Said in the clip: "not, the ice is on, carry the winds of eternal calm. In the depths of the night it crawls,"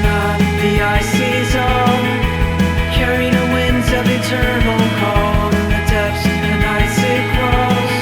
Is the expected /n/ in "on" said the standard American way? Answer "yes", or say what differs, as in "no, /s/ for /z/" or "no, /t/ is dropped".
no, /l/ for /n/